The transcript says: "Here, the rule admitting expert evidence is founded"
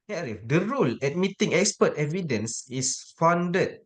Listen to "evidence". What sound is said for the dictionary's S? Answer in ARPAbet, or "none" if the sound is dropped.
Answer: S